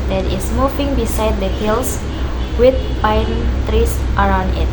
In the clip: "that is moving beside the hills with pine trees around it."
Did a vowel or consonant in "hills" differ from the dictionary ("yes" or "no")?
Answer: yes